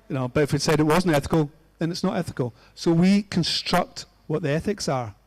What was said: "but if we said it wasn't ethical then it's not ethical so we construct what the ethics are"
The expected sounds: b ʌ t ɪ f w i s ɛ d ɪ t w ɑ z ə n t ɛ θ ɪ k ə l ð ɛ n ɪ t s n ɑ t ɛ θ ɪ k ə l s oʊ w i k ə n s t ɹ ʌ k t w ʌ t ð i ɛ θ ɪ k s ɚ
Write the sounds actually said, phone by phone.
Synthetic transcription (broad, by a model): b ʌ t ɪ f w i s ɛ d ɪ t w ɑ z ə n t ɛ θ ɪ k ə l ð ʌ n ɪ t s n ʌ t ɛ θ ɪ k ə l s oʊ w i k ə n s t ɹ ʌ k t w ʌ t ð i ɛ θ ɪ k s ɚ